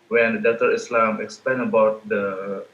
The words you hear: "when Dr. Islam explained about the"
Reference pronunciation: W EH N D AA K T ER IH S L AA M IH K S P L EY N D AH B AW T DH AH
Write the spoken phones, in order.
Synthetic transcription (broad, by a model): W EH N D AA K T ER IH S L AA M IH K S P L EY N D AH B AW T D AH